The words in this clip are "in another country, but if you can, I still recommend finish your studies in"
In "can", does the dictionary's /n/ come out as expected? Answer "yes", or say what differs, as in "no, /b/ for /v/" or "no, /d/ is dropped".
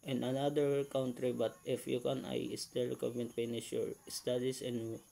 yes